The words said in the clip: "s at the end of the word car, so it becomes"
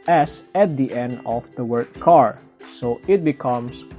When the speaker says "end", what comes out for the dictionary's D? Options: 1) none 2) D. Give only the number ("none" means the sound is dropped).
2